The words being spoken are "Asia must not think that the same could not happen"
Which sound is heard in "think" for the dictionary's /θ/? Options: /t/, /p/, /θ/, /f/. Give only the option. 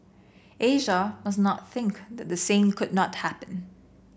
/θ/